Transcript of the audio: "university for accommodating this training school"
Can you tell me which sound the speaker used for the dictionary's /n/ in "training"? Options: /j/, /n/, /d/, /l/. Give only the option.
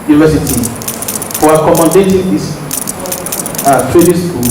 /l/